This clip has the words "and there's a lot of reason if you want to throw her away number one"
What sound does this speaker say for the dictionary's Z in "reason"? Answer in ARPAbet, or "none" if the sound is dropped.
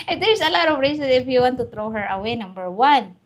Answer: S